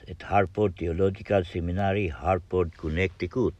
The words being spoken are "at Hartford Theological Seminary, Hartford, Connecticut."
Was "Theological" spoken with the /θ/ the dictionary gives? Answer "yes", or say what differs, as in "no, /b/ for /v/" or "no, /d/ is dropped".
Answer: no, /t/ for /θ/